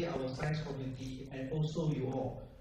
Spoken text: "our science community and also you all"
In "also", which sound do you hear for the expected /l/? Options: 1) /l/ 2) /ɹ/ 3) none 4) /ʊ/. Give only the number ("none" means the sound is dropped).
1